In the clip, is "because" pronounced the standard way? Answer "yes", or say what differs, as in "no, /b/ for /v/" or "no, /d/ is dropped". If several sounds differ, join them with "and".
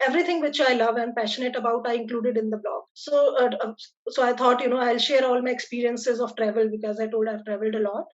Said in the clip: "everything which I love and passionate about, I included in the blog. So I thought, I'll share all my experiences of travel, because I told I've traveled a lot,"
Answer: yes